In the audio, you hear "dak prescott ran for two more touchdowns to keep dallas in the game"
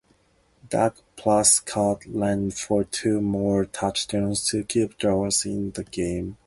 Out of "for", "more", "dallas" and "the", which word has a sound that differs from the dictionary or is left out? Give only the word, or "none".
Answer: dallas